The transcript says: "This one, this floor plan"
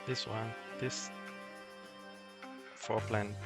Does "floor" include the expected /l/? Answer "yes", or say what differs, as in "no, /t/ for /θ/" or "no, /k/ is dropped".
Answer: no, /l/ is dropped